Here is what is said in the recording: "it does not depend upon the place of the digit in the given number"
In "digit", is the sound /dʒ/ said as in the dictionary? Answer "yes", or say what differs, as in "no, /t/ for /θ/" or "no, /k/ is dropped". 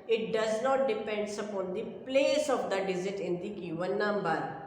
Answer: no, /z/ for /dʒ/